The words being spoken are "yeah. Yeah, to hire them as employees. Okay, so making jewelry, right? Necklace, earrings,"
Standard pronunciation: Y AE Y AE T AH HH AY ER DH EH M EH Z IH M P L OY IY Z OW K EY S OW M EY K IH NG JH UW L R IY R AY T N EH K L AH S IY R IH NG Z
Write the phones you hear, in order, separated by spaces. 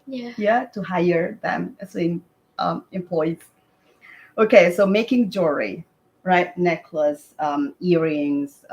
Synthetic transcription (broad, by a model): Y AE Y AE T AH HH AY ER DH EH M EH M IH M P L OY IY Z OW K EY S OW M EY K IH NG JH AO R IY R AY T N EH K L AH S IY R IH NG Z